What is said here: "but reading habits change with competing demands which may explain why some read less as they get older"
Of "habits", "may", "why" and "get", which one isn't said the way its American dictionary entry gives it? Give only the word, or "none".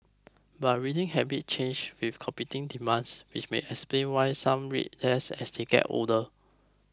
habits